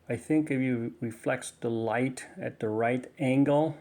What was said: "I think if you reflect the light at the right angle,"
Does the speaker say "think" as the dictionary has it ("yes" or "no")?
yes